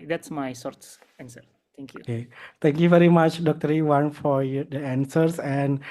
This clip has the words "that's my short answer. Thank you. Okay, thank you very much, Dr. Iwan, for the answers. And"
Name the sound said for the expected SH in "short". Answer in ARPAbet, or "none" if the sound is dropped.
S